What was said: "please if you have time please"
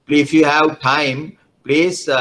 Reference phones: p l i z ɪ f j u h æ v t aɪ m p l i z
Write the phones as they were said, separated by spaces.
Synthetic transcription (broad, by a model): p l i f j u h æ w t aɪ m p l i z